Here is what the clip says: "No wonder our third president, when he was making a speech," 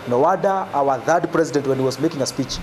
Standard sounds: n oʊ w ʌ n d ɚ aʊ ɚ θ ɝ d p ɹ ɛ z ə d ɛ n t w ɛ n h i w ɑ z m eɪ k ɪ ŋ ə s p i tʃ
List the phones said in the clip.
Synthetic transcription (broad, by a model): n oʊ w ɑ d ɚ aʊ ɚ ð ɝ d p ɹ ɛ z ə d ɛ n t w ɛ n h i w ɑ z m eɪ k ɪ ŋ ə s p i tʃ